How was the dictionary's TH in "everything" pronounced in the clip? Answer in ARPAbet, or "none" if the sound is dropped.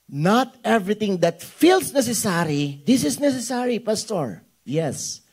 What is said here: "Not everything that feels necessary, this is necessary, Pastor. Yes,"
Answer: T